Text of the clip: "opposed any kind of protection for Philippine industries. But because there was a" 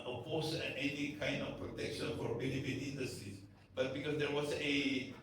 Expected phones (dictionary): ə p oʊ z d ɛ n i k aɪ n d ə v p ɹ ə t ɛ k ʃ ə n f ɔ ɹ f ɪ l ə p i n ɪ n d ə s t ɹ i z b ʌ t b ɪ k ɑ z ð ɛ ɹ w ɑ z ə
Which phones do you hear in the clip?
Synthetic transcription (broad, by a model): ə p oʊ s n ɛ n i k aɪ n d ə f p ɹ ə t ɛ k ʃ ə n f ɔ ɹ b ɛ n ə f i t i n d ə s t ɹ i s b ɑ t b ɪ k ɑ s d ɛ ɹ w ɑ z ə